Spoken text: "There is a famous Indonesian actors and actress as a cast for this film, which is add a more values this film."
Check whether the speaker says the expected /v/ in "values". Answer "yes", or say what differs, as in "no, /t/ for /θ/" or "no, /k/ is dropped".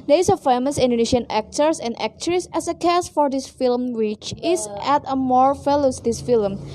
no, /f/ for /v/